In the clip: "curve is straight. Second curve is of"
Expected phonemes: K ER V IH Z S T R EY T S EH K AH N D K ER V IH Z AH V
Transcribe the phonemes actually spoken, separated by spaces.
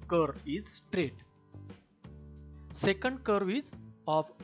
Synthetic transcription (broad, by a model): K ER IH Z S T R EY T S EH K AH N D K ER V IH Z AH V